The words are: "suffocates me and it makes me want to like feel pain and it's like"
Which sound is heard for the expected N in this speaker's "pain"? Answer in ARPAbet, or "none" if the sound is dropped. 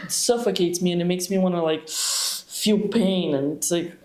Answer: none